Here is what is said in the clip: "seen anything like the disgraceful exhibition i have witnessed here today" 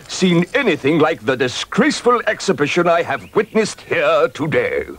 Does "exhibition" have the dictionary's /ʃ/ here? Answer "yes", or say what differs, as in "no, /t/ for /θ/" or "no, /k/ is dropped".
yes